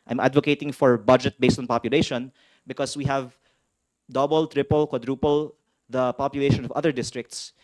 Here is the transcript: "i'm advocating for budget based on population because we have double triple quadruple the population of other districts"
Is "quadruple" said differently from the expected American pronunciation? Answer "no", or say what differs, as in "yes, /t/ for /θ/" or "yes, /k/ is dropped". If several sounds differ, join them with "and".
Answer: no